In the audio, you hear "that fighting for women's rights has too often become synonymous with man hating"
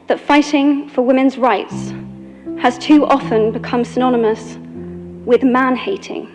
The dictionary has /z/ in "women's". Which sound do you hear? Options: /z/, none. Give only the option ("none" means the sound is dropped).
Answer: /z/